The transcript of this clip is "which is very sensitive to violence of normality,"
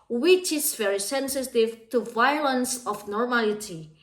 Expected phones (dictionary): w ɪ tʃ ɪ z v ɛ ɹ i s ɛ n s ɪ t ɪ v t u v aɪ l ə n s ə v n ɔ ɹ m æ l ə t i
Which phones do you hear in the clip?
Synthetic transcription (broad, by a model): w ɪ tʃ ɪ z v ɛ ɹ i s ɛ n s ɪ t ɪ v t u v aɪ l ə n s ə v n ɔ ɹ m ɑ l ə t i